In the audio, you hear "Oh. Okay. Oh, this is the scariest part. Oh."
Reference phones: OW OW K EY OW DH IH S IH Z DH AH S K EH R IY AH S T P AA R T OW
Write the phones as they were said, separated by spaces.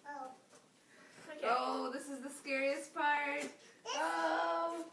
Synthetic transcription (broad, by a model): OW OW UH DH IH S IH Z DH AH S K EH R IY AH S P AA R T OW